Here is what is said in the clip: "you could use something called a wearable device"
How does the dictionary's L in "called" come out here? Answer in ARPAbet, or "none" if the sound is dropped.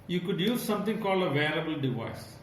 L